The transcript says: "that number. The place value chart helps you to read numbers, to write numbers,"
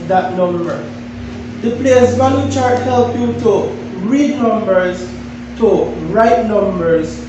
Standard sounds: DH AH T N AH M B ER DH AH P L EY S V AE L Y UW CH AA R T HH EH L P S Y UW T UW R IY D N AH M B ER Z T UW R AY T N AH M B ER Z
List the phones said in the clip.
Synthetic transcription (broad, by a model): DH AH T N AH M B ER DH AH P L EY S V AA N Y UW CH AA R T HH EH L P Y UW T UW R IY D N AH M B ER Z T UW R AY T N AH M B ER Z